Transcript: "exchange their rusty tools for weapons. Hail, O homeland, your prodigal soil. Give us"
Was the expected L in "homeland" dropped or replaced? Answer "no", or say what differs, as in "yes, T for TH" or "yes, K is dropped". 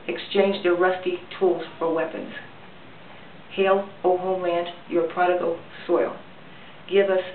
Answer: yes, L is dropped